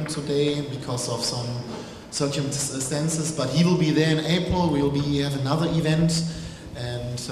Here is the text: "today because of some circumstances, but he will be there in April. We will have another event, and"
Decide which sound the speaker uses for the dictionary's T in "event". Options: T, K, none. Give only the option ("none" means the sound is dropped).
T